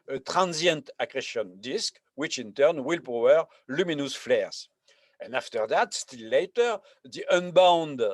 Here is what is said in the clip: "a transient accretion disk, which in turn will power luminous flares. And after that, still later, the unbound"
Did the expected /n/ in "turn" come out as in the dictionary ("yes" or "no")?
yes